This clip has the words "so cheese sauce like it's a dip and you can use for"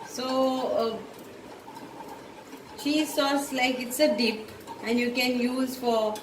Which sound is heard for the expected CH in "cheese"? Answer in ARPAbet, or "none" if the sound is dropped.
SH